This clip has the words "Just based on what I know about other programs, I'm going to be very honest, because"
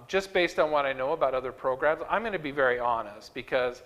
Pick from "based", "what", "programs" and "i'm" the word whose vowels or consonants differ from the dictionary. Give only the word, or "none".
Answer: none